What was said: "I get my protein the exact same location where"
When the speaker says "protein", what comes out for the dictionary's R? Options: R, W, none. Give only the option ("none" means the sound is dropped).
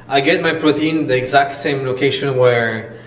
R